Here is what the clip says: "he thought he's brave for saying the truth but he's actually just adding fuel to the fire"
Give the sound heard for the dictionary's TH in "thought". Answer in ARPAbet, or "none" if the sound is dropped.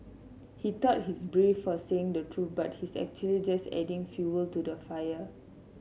T